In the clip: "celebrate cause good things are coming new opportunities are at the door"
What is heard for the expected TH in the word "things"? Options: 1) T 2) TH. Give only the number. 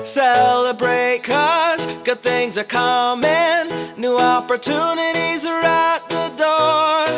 2